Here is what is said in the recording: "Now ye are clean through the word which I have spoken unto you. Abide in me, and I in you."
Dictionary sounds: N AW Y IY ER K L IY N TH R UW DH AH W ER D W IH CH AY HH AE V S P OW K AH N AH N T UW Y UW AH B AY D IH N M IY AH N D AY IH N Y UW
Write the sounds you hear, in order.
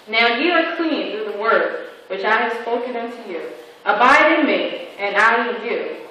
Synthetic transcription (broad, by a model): N AW Y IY ER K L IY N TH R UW DH AH W ER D W IH CH AY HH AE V S P OW K AH N AH N T UW Y UW AH B AY D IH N M IY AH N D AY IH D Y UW